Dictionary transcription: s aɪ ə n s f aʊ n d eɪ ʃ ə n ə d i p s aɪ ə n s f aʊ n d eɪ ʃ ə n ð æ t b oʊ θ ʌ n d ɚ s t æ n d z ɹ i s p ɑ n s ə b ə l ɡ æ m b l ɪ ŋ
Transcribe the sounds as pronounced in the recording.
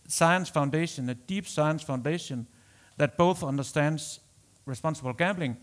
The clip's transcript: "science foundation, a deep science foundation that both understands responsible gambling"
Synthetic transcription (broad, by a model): s aɪ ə n s f aʊ n d eɪ ʃ ə n ə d i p s aɪ ə n s f aʊ n d eɪ ʃ ə n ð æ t b oʊ θ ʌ n d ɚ s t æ n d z ɹ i s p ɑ n s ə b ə l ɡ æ m b l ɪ ŋ